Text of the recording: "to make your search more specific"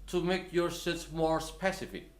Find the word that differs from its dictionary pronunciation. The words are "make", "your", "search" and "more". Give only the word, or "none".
search